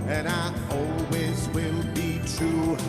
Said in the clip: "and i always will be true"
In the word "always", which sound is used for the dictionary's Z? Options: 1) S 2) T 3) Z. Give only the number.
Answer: 3